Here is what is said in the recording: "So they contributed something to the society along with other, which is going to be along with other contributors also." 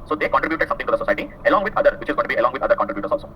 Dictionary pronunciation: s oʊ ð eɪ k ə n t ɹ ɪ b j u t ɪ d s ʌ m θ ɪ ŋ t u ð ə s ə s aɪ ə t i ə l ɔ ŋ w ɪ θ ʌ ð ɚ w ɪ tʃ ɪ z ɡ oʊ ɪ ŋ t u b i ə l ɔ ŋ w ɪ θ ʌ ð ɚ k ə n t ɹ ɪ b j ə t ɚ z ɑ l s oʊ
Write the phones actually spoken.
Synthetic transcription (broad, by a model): s oʊ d eɪ k ə n t ɹ ɪ b j u t ɪ d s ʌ m t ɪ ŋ t u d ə s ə s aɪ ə t i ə l ɔ ŋ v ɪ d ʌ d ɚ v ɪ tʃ ɪ z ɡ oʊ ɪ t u b i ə l ɔ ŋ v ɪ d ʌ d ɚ k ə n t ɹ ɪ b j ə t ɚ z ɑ l s oʊ